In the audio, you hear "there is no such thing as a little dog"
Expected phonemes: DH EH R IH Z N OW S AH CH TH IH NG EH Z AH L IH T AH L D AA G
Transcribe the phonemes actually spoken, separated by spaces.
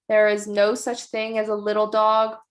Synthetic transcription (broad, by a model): DH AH R IH Z N OW S AH CH TH IH NG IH Z AH L IH T L D AA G